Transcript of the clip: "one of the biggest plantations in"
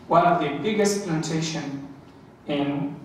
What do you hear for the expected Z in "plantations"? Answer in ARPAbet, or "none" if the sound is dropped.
none